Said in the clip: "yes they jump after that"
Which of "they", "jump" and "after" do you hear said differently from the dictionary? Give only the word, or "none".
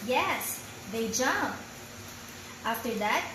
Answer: none